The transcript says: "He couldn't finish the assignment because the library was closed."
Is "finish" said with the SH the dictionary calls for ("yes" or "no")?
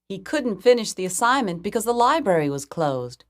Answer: yes